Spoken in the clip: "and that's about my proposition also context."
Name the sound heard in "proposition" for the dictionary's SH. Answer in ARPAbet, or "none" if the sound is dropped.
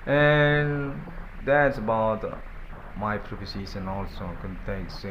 S